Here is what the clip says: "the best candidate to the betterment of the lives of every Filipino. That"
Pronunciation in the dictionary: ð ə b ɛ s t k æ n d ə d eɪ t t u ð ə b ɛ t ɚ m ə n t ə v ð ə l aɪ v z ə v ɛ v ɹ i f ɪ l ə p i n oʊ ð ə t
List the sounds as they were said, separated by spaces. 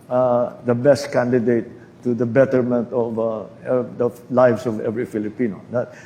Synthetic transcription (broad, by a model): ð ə b ɛ s t k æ n d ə d eɪ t t u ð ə b ɛ t ɚ m ə n t ə v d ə l aɪ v s ə v ɛ v ɹ i f ɪ l ə p i n oʊ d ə t